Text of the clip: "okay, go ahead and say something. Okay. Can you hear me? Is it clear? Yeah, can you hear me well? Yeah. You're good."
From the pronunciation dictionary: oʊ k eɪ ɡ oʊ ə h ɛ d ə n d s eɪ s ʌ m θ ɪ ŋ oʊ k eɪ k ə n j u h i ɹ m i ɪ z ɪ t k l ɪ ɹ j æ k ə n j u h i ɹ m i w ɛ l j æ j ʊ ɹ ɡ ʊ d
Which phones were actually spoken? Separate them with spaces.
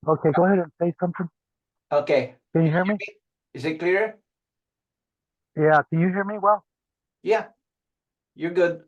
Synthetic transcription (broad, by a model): oʊ k eɪ ɡ oʊ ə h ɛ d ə n s eɪ s ʌ m θ ɪ ŋ oʊ k eɪ k ə n j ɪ h i ɹ m i ɪ z ɪ t k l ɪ ɹ j æ k ə n j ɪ h i ɹ m i w ɛ l j æ j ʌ ɹ ɡ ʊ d